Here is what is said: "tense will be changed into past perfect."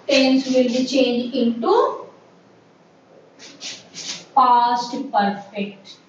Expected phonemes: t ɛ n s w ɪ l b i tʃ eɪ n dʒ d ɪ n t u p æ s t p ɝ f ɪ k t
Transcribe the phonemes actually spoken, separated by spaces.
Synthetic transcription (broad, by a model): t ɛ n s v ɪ l b i tʃ eɪ n dʒ ɪ n t u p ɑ s t p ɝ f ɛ k t